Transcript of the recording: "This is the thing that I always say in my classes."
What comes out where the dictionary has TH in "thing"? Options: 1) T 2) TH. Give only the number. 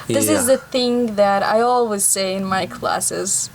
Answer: 2